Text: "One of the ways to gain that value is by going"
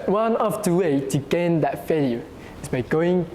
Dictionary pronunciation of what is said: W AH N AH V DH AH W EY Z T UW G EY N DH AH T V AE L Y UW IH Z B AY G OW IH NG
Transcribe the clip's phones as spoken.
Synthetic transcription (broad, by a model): W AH N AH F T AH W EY T UW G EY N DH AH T F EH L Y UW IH S B AY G OW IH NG